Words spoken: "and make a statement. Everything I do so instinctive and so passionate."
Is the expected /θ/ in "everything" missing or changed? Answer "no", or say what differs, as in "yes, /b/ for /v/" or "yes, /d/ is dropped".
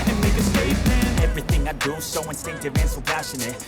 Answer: no